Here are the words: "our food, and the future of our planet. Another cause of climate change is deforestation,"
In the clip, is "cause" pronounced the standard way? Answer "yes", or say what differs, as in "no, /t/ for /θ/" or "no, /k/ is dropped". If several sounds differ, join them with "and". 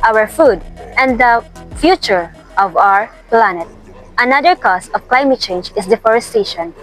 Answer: no, /s/ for /z/